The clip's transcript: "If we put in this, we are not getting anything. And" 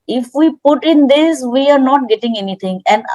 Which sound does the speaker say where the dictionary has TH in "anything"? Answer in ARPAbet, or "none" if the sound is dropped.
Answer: T